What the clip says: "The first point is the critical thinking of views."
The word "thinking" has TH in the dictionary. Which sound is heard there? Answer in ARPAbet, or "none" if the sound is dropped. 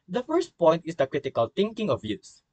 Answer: T